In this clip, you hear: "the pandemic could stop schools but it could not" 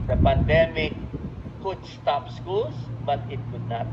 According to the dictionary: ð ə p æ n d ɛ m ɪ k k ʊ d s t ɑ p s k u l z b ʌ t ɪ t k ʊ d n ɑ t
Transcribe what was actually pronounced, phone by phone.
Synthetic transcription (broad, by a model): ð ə p æ n d ɛ m ɪ k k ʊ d s t ɑ p s k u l s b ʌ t ɪ t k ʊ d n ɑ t